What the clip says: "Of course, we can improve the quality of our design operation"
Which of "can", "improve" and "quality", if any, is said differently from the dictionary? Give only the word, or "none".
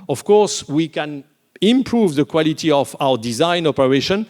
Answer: none